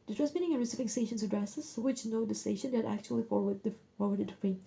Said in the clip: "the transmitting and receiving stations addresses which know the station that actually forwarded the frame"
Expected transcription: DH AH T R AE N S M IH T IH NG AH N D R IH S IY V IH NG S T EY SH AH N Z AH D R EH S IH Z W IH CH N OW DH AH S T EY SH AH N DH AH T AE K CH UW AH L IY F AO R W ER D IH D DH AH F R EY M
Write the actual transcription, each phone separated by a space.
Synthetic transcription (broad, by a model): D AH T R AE S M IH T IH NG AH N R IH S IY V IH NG S T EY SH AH N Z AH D R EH S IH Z W IH CH N OW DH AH S T EY SH AH N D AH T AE K CH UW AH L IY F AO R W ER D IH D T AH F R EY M